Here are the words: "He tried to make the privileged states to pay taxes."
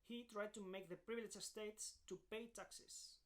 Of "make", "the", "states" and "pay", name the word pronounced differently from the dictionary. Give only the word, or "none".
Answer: none